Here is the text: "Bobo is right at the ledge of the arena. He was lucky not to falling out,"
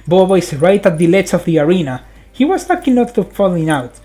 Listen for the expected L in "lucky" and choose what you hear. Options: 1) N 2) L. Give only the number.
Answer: 1